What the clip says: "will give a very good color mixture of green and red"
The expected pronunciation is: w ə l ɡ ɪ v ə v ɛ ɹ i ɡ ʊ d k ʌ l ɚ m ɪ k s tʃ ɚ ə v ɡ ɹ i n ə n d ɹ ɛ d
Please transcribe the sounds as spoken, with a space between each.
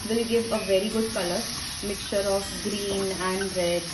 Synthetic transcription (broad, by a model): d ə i ɡ ɪ v ə v ɛ ɹ i ɡ ʊ d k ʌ l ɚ m ɪ k s tʃ ɚ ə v ɡ ɹ i n ə n d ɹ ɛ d